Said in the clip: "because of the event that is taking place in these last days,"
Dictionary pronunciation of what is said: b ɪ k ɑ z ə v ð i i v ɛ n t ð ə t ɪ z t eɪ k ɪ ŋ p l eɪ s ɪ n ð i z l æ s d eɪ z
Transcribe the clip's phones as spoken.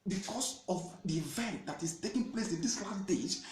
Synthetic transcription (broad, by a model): b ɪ k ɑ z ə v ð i i v ɛ n t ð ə t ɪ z t eɪ k ɪ ŋ p l eɪ s ɪ n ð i s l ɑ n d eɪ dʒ